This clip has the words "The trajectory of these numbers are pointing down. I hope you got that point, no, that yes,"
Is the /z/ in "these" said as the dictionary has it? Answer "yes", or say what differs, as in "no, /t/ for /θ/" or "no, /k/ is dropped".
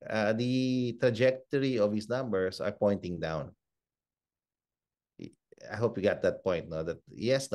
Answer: no, /s/ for /z/